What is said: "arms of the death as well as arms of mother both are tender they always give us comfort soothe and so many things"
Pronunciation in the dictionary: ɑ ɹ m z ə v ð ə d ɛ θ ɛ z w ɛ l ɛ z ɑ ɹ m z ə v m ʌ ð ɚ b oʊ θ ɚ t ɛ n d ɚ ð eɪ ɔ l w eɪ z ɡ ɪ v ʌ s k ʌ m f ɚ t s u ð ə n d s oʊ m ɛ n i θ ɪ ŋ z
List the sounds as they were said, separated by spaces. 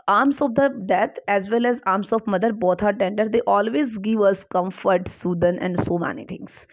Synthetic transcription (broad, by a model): ɑ ɹ m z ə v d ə d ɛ t ɛ z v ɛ l ɛ z ɑ ɹ m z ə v m ʌ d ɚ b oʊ t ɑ t ɛ n d ɚ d eɪ ɔ l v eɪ z ɡ ɪ v ʌ s k ʌ m f ɚ t s u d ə n d s oʊ m ɛ n i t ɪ ŋ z